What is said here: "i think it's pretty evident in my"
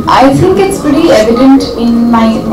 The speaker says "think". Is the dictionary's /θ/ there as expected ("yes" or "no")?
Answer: no